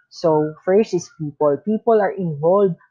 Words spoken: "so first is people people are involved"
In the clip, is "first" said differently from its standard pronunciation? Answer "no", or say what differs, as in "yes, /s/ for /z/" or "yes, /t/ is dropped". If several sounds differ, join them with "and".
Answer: yes, /t/ is dropped